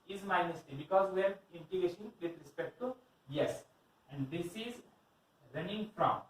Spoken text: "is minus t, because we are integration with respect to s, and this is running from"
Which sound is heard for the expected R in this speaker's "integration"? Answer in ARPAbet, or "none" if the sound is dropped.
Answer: none